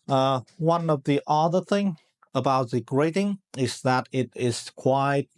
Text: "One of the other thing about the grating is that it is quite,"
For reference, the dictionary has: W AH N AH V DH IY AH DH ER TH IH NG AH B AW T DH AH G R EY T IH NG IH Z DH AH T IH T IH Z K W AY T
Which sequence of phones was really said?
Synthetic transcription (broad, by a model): W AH N AH V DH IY AH DH ER TH IH NG AH B AW T DH AH G R EY T IH NG IH Z DH AH T IH T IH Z K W AY T